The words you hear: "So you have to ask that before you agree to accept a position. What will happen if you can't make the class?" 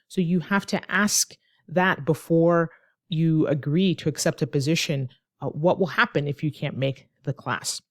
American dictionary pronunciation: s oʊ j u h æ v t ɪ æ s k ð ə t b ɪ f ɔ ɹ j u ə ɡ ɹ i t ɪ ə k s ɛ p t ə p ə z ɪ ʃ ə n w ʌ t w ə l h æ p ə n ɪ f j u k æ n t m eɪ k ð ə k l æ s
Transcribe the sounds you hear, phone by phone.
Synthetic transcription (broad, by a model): s oʊ j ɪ h æ f t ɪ æ s k ð ə t b ɪ f ɔ ɹ j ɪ ə ɡ ɹ i t ɪ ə k s ɛ p t ə p ə z ɪ ʃ ə n w ʌ t w ə l h æ p ə n ɪ f j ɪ k æ n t m eɪ k ð ə k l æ s